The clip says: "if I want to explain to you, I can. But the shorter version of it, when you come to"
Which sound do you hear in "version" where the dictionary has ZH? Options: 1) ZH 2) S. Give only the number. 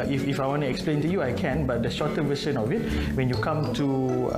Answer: 2